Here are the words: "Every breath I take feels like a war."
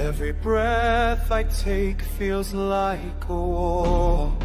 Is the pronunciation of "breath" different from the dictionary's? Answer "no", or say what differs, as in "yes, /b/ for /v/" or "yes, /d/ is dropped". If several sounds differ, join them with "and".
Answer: no